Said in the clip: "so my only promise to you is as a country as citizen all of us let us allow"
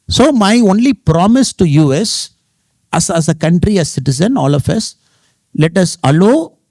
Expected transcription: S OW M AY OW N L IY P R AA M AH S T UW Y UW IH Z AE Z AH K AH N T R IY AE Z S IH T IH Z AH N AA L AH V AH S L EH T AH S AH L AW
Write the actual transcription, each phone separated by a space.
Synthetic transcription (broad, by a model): S OW M AY OW N L IY P R AA M AH S T UW Y UW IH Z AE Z AH K AH N T R IY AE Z S IH T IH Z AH N AA L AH F AH S L EH T AH S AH L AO